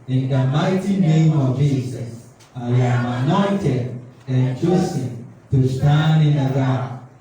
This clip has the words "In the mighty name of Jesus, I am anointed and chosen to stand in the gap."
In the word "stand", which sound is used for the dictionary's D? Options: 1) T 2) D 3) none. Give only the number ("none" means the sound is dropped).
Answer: 3